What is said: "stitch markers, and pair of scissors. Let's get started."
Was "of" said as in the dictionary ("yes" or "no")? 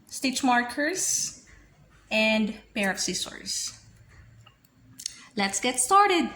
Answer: no